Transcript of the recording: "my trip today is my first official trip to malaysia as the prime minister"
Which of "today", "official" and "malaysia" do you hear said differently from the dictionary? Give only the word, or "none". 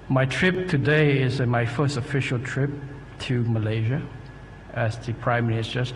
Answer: none